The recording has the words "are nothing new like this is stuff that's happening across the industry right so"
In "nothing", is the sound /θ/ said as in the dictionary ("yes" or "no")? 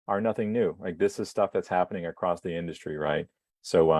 yes